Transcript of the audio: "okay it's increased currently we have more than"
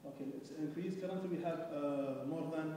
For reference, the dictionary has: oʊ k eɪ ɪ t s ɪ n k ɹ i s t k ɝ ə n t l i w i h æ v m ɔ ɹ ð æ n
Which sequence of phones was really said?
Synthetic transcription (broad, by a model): oʊ k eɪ ɪ t s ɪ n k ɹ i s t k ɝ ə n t i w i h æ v m ɔ ɹ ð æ n